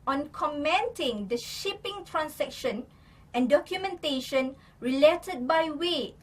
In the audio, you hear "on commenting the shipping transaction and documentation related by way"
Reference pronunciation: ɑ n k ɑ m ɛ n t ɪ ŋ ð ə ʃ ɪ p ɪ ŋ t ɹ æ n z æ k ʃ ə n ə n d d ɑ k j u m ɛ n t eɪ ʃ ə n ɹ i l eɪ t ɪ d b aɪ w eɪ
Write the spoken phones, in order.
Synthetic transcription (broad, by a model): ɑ n k ɑ m ɛ n t ɪ ŋ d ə ʃ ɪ p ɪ ŋ t ɹ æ n s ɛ k ʃ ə n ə n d d ɑ k j u m ɛ n t eɪ ʃ ə n ɹ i l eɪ t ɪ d b aɪ w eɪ